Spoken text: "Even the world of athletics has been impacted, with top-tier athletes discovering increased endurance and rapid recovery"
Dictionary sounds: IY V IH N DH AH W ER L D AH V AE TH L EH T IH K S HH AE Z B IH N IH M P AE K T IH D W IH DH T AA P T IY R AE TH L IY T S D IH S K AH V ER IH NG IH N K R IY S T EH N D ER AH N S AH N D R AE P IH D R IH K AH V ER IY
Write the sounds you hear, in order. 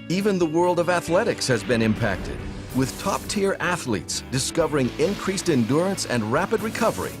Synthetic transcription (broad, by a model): IY V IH N DH AH W ER L D AH V AE TH L EH T IH K S HH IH Z B IH N IH M P AE K T IH D W IH DH T AA P T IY R AE TH L IY T S D IH S K AH V ER IH NG IH N K R IY S T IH N D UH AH N S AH N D R AE P IH D R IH K AH V ER IY